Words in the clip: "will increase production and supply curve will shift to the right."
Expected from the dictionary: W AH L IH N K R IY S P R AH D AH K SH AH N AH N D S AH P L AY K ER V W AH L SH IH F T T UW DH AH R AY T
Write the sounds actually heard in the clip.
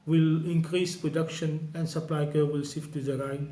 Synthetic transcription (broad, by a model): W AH L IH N K R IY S P R AH D AH K SH AH N AH N D S AH P L AY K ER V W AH L S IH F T T UW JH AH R AY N